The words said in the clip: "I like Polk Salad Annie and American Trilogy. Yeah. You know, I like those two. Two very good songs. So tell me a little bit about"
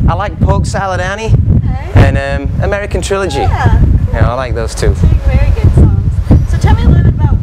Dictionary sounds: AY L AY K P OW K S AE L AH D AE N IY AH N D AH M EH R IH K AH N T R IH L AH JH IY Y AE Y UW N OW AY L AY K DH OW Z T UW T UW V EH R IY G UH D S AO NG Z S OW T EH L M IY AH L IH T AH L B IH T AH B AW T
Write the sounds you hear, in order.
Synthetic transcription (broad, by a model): AY L AY K P OW K S AE L AH D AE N IY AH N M AH M EH R IH K AH N T R IH L AH JH IY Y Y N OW AY L AY K DH OW Z T UW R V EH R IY G UH D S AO Z S OW T EH L M IY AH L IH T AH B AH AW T